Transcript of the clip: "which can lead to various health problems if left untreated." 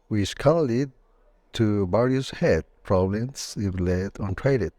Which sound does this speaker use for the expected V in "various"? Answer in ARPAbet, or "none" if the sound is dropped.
B